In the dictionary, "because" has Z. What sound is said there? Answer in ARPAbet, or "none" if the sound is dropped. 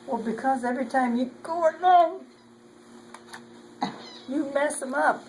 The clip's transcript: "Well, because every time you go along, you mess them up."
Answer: Z